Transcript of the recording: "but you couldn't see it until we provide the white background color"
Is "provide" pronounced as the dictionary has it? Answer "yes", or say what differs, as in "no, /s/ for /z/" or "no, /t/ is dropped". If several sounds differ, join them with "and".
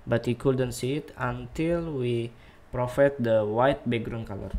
no, /f/ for /v/